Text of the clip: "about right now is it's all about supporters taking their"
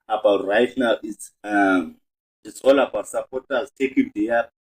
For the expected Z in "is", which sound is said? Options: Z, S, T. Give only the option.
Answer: S